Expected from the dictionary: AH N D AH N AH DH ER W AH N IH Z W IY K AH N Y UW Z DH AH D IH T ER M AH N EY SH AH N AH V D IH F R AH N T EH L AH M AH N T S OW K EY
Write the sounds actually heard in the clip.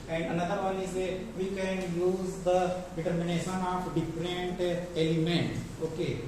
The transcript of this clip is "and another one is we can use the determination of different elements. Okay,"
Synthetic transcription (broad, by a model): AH N D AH N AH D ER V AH L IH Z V IY K AH N Y UW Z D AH D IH T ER M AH N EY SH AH N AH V D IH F R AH N T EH L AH M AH N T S OW K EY